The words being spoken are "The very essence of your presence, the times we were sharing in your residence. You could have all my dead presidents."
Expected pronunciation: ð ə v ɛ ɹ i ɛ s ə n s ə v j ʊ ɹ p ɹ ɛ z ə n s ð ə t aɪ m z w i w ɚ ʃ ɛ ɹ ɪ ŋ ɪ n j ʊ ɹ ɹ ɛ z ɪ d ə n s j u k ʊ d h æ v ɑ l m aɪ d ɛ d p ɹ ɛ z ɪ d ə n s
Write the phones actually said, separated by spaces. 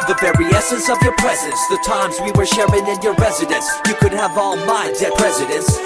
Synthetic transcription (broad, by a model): ð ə v ɛ ɹ i ɛ s ə n s ə v j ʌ ɹ p ɹ ɛ z ə n s ð ə t aɪ m z w i w ɚ ʃ ɛ ɹ ɪ ŋ ɪ n j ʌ ɹ ɹ ɛ z ɪ d ə n s j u k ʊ d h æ v ɑ l m aɪ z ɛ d ɹ ɛ z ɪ d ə n s